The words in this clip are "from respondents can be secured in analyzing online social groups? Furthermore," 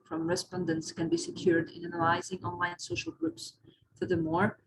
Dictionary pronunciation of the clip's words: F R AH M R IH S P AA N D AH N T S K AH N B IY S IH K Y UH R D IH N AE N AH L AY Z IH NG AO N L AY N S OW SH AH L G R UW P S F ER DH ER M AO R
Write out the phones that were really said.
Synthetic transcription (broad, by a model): F R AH M R IH S P AA N D AH N T S K AH N B IY S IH K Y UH R D IH N AE N AH L AY Z IH NG AO N L AY N S OW SH AH L G R UW P S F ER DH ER M AO R